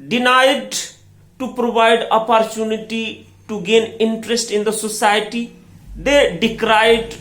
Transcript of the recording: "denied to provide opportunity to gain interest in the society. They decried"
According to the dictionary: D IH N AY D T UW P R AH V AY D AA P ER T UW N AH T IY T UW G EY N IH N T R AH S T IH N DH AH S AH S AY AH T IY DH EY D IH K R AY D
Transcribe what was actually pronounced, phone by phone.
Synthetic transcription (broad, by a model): D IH N AY D T UW P R AH V AY D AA P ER T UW N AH T IY T UW G EY N IH N T R AH S T IH N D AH S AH S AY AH T IY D EY D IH K R AY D